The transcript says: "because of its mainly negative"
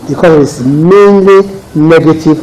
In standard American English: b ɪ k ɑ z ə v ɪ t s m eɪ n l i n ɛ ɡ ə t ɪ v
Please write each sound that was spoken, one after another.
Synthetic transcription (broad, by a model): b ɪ k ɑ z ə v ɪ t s m eɪ n l i n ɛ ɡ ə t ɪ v